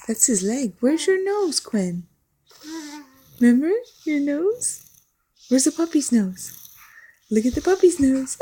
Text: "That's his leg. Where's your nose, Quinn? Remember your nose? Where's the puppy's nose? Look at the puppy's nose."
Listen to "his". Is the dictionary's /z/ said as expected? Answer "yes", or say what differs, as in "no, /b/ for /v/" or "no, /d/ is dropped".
yes